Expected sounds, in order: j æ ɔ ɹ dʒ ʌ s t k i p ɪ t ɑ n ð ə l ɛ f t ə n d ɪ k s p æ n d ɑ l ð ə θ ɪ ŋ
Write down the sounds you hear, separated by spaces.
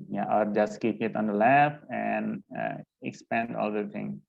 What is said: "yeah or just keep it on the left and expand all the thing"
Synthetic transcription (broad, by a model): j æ ɔ ɹ dʒ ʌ s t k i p ɪ t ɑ n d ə l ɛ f ə n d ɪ k s p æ n d ɑ l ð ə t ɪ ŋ